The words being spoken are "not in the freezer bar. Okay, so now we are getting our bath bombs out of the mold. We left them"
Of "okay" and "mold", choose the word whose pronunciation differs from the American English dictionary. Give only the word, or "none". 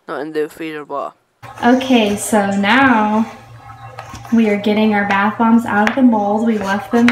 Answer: none